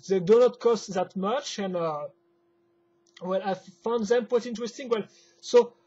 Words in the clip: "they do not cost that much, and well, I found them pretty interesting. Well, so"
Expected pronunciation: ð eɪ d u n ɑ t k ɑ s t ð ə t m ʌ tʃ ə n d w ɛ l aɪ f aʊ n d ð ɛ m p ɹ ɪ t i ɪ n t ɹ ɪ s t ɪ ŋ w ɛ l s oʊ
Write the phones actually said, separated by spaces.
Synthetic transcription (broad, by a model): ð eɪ d u n ɑ t k ɑ s t ð ə t m ʌ tʃ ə n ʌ w ɛ l aɪ f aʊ n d ð ɛ m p w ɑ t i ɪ n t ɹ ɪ s t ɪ ŋ w ɛ l s oʊ